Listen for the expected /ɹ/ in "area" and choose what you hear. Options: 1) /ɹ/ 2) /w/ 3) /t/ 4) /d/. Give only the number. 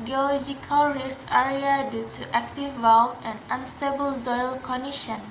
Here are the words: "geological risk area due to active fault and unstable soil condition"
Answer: 1